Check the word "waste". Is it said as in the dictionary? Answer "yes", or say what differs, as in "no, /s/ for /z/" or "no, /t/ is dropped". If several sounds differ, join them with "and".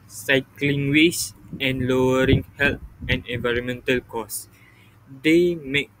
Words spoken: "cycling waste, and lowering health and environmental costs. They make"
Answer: no, /t/ is dropped